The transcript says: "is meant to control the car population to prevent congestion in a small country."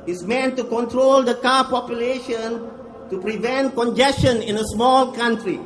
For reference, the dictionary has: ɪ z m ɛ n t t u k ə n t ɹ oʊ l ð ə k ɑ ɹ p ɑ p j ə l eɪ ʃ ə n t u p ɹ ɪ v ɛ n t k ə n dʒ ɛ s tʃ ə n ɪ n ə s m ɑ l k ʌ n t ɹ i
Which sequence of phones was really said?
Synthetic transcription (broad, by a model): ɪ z m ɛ n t t u k ə n t ɹ oʊ l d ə k ɑ p ɑ p j ə l eɪ ʃ ə n t u p ɹ ɪ v ɛ n t k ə n dʒ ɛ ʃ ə n ɪ n ə s m ɑ l k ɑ n t ɹ i